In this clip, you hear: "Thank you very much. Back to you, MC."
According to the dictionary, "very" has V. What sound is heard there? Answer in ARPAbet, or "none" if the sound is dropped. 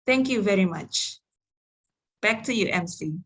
V